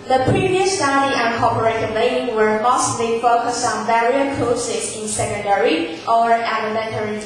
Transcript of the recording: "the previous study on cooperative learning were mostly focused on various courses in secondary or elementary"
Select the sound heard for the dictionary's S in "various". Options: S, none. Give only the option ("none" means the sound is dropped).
none